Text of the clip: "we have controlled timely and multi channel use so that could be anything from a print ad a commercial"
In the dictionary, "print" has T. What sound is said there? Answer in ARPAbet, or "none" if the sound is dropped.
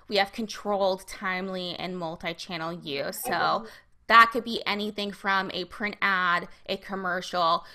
T